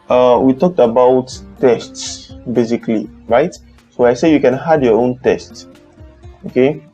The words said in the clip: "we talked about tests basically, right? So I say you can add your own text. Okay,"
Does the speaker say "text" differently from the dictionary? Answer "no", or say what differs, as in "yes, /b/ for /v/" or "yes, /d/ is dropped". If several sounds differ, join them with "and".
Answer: yes, /k/ is dropped